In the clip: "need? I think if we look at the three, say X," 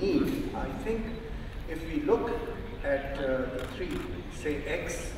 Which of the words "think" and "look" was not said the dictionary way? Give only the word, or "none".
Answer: think